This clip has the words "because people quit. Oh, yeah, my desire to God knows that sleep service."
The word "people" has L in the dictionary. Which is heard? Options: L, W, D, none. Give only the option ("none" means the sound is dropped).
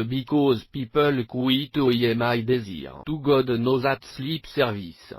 L